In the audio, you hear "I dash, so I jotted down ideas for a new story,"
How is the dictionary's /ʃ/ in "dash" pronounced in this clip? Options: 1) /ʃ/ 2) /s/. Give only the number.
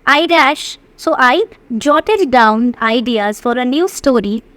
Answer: 1